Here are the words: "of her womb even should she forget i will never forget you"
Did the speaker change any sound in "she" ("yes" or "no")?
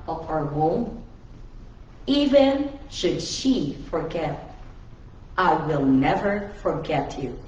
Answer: no